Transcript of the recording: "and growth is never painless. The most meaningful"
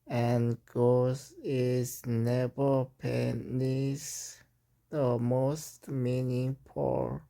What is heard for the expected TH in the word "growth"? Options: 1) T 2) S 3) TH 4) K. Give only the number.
2